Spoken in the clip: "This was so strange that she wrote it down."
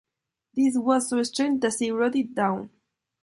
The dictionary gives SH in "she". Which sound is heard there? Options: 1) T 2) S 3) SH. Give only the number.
2